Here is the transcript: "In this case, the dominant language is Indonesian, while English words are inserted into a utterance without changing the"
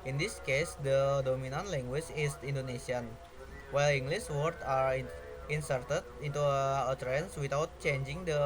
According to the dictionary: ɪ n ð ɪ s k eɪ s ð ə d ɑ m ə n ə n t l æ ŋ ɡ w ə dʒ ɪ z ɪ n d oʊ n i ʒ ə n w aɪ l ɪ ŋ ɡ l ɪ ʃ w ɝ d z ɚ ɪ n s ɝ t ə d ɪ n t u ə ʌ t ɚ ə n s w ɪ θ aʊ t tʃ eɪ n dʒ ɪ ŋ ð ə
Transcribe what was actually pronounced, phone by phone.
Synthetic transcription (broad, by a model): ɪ n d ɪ s k eɪ s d ə d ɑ m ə n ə n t l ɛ ŋ ɡ w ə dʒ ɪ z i n d oʊ n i s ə n w aɪ l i ŋ ɡ l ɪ s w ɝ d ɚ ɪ n s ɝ t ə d ɪ n t u ə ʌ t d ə n s w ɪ t aʊ t tʃ eɪ n dʒ ɪ ŋ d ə